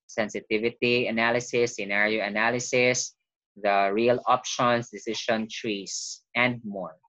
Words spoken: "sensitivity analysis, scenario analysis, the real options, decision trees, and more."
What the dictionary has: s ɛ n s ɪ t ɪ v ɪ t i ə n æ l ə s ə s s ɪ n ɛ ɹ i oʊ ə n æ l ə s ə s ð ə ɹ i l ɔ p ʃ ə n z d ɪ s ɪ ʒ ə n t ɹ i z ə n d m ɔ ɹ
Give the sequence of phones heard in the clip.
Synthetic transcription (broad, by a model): s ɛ n s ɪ t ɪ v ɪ t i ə n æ l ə s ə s s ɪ n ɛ ɹ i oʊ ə n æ l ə s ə s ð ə ɹ i l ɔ p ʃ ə n s d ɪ s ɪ ʃ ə n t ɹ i s ə n d m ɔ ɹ